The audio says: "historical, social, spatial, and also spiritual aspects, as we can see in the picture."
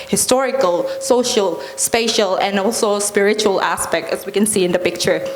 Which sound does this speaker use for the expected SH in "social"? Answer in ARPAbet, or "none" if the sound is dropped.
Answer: SH